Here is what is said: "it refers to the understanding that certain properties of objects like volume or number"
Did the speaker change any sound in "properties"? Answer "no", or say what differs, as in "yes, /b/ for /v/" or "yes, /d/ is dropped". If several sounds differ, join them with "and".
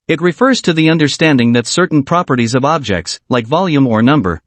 no